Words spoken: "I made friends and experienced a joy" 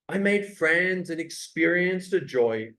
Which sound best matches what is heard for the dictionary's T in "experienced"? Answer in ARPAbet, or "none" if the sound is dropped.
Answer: T